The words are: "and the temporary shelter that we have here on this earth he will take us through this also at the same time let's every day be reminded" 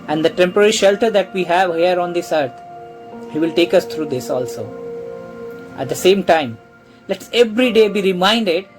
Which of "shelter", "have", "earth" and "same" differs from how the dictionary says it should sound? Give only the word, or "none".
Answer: earth